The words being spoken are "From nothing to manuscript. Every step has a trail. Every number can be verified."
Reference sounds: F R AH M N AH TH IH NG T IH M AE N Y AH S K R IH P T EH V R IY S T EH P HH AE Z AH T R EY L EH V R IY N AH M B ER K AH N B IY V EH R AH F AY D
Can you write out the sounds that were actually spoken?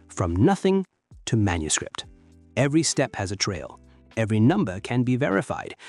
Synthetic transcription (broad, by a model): F R AH M N AH TH IH NG T IH M AE N Y AH S K R IH P T EH V R IY S T EH P HH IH Z AH T R EY L EH V R IY N AH M B ER K AH N B IY V EH R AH F AY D